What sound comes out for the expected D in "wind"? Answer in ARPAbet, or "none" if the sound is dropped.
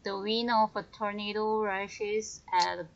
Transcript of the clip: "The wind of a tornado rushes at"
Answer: none